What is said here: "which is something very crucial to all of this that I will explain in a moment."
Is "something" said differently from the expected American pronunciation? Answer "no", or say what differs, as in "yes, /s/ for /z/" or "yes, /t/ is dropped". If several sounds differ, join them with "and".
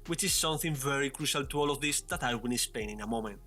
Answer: no